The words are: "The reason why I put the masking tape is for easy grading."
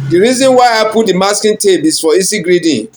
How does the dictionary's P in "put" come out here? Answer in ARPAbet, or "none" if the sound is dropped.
P